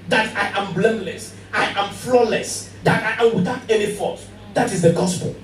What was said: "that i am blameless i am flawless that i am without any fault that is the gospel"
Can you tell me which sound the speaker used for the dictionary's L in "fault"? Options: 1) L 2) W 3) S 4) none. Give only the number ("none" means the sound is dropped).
4